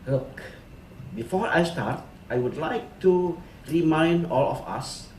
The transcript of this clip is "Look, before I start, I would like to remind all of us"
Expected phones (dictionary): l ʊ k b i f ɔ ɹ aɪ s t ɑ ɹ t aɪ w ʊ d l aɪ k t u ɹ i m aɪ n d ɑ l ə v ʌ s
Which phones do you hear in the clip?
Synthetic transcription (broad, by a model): l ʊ k b i f ɔ ɹ aɪ s t ɑ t t aɪ w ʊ d l aɪ k t u ɹ i m aɪ n d ɑ l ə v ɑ s